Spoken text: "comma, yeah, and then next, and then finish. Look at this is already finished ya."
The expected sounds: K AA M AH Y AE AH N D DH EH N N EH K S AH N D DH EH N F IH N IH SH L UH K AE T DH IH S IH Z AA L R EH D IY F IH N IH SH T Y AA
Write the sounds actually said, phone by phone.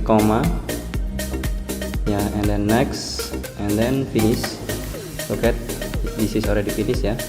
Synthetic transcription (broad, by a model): K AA M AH Y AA AH N D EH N N EH K S AH N D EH N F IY N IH S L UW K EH T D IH S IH S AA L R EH D IY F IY N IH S Y AA